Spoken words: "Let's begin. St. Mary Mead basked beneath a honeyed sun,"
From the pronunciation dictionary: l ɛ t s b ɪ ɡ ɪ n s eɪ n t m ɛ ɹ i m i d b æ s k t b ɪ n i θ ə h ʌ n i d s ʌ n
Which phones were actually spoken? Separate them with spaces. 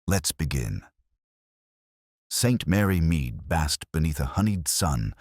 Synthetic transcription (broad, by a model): l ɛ t s b ɪ ɡ ɪ n s eɪ n t m ɛ ɹ i m i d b æ s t b ɪ n i θ ə h ʌ n i d s ʌ n